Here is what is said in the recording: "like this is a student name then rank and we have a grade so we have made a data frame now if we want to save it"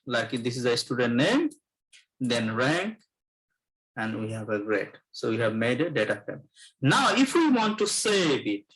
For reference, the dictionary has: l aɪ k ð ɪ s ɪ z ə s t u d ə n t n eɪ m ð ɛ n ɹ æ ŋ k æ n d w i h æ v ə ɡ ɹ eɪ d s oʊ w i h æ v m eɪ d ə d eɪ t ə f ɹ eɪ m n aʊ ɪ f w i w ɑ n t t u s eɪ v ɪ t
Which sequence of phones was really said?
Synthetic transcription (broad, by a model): l aɪ k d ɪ s ɪ z ə s t u d ə n t n eɪ m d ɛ n ɹ æ ŋ k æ n d w i h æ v ə ɡ ɹ eɪ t s oʊ w i h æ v m eɪ d ə d eɪ t ə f eɪ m n aʊ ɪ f w i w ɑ n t t u s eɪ b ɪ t